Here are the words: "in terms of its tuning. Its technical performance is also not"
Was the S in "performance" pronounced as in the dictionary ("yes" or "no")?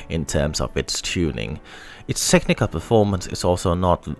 yes